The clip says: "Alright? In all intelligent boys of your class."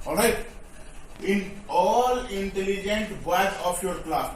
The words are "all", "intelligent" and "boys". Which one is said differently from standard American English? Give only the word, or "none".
boys